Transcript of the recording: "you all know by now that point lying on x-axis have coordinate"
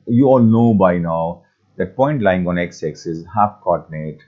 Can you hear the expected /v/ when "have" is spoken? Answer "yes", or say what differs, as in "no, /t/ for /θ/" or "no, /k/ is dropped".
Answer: no, /f/ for /v/